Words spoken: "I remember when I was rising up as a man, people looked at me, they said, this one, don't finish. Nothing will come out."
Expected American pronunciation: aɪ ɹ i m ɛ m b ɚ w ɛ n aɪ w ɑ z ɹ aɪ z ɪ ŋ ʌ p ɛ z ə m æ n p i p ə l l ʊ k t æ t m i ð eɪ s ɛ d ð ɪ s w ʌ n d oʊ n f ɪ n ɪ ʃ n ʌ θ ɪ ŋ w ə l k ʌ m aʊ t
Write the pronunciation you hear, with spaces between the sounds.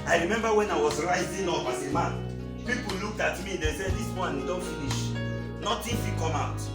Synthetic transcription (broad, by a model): aɪ ɹ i m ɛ m b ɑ w ɛ n aɪ w ɑ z ɹ aɪ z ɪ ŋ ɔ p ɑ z ə m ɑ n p i p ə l l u k t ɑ t m i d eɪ s ɛ d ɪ s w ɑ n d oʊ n f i n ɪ ʃ n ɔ t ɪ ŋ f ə k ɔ m aʊ t